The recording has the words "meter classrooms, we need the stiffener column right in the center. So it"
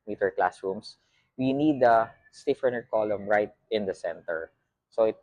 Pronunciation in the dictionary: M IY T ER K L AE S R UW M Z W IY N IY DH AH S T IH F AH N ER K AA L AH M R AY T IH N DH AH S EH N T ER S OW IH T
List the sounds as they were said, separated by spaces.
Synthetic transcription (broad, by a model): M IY T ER K L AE S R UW M S W IY N IY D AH S T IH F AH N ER K AA L AH M R AY T IH N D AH S EH N T ER S OW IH T